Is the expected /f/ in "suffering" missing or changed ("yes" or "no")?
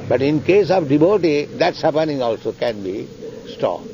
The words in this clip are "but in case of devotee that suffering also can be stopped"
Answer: yes